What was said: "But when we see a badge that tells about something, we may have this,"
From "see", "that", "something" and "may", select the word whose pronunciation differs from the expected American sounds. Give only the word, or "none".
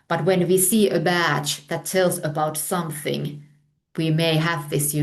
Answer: none